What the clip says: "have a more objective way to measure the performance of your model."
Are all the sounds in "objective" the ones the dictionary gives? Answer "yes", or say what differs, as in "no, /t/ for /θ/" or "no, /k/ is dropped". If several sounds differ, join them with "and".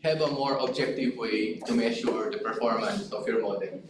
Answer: yes